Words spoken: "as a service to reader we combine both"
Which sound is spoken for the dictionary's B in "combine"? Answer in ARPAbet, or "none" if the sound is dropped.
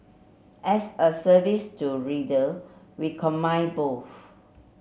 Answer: none